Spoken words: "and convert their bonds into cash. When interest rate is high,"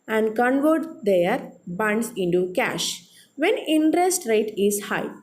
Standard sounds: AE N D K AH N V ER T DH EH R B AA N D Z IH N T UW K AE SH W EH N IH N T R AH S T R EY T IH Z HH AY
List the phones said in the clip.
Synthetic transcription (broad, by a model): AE N D K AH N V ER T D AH R B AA N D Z IH N T UW K AE SH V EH N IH N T R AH S T R EY T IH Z HH AY